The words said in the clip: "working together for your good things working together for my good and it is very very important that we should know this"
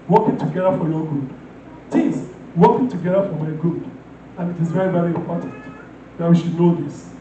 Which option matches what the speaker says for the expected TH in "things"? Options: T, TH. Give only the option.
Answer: T